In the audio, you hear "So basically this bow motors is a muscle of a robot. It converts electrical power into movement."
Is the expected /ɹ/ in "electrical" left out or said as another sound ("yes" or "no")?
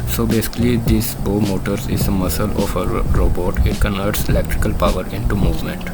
no